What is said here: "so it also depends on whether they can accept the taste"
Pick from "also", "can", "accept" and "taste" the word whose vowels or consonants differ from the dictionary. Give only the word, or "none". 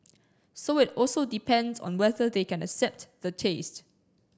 none